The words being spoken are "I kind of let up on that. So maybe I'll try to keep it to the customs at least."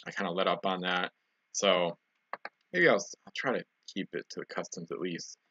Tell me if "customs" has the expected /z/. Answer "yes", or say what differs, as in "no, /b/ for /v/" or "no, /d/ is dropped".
yes